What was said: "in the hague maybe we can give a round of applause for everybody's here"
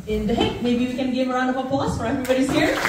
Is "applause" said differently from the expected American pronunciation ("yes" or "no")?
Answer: yes